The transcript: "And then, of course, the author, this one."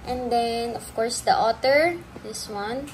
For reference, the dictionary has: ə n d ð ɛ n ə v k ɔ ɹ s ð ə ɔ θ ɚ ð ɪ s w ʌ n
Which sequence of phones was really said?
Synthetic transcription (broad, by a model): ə n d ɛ n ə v k ɔ ɹ s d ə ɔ t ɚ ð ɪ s w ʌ n